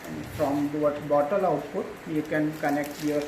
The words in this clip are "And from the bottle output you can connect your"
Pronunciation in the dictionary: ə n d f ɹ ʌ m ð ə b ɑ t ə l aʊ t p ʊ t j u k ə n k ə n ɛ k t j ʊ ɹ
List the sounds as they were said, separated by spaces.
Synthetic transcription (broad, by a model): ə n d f ɹ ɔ m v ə b ɑ t ə l aʊ t p ʊ t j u k ə n k ə n ɛ k t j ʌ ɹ